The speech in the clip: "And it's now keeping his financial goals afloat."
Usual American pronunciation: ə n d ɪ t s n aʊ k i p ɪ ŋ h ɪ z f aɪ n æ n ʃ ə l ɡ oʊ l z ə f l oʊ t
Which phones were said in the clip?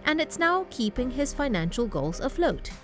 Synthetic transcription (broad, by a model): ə n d ɪ t s n aʊ k i p ɪ ŋ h ɪ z f aɪ n æ n ʃ ə l ɡ oʊ l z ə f l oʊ t